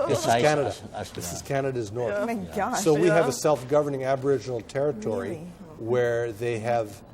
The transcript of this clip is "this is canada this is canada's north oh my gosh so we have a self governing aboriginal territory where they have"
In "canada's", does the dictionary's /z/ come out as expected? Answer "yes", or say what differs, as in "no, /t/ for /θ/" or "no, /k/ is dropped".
yes